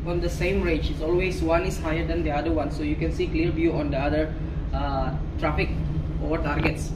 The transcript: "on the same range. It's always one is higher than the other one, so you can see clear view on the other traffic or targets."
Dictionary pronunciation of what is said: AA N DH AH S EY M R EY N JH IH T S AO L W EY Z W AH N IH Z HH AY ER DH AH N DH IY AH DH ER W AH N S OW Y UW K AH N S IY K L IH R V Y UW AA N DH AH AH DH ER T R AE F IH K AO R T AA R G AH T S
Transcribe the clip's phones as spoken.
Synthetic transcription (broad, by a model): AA N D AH S EY M R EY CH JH IH T S AO L W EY S W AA N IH S HH AY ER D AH N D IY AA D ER W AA N S OW Y UW K AH N S IY K L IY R B Y UW AA N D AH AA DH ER T R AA F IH K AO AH T AA R G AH T S